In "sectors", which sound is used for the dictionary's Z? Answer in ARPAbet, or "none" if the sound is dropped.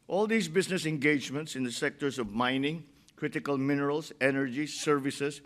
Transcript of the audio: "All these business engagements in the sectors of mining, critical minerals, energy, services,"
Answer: S